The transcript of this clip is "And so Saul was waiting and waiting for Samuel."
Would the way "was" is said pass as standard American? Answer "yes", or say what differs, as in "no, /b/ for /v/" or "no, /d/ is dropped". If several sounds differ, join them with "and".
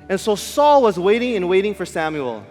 yes